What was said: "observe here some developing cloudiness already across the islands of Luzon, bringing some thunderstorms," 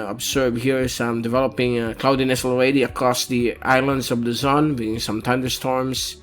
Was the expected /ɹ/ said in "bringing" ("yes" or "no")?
no